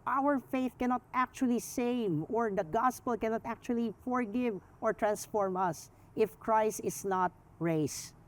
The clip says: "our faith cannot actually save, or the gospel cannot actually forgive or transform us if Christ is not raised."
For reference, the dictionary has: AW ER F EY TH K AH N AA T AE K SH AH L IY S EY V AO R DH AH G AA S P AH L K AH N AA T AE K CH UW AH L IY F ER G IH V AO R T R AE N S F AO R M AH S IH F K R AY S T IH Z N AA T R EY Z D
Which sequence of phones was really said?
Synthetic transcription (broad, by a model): AW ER F EY TH K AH N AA T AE K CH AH L IY S EY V AO R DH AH G AA S P AH L K AH N AA T AE K CH UW AH L IY F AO G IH V AO R T R AE N S F AO R M AH S IH F K R AY S T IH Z N AA T R EY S